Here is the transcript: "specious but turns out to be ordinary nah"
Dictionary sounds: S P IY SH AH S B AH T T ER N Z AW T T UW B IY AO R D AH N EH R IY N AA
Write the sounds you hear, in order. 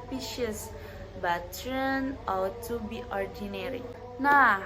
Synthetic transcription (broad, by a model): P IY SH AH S B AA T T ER N AW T T UW B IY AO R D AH N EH R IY N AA